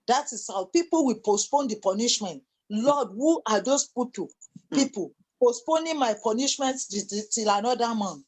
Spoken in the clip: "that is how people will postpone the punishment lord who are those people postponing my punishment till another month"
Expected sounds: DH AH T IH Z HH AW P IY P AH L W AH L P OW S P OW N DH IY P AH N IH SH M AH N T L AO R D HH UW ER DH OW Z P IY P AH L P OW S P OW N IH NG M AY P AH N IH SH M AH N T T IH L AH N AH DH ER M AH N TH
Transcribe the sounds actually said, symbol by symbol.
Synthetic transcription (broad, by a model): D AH T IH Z HH AW P IY P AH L W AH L P OW S P OW N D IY P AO N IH SH M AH N T L AO D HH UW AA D OW S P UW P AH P P OW S P OW N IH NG M AY P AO N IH SH M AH N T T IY L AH N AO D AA M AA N